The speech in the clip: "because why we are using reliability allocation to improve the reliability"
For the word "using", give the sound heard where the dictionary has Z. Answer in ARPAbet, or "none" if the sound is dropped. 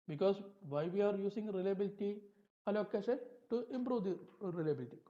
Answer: S